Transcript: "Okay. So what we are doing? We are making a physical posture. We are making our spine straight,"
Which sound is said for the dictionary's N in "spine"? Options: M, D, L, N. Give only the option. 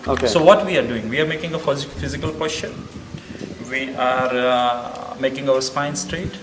N